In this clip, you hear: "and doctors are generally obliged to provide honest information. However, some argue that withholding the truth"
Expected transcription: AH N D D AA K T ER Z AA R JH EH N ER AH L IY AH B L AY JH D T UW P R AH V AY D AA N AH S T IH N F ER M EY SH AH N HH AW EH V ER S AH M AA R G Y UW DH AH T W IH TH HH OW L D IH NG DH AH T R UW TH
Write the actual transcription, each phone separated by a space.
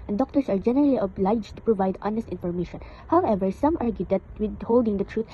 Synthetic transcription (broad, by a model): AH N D D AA K T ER S AA R JH EH N ER AH L IY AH B L AY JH T UW P R AH V AY D AA N AH S T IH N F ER M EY SH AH N HH AW EH V ER S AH M AA R G Y UW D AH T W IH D HH OW L D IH NG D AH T R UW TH